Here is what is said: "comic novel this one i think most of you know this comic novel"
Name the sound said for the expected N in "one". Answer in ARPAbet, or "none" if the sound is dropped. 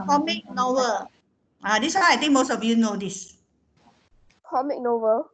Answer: none